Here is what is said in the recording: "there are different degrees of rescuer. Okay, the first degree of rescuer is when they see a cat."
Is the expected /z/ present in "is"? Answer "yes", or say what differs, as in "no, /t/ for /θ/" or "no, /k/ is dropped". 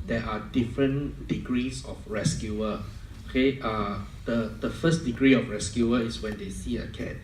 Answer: no, /s/ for /z/